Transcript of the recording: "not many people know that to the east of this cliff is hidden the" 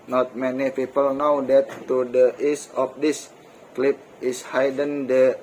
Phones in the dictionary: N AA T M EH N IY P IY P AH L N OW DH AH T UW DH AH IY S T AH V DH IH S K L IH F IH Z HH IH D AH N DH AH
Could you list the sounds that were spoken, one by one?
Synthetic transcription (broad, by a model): N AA T M EH N IY P IY P AH L N OW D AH T UW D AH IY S AH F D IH S K L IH P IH S HH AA D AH N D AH